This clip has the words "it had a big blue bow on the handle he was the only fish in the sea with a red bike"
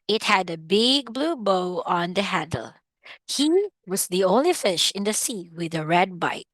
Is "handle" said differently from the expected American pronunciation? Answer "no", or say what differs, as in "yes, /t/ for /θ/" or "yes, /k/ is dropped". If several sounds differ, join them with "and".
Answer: yes, /n/ is dropped